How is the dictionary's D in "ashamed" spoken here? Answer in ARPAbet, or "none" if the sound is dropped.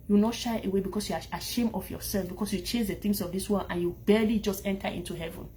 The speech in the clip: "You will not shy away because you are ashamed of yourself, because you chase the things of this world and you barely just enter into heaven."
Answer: none